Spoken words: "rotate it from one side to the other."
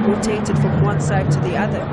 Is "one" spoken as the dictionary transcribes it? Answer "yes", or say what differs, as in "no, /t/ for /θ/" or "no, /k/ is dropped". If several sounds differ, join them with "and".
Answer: yes